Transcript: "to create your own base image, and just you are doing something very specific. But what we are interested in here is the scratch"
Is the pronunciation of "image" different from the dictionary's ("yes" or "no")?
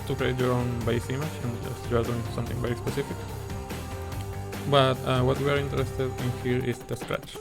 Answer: yes